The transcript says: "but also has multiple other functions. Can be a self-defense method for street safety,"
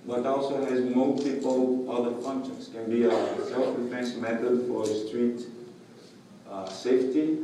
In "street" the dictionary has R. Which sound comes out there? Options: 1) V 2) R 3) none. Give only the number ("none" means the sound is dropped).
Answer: 2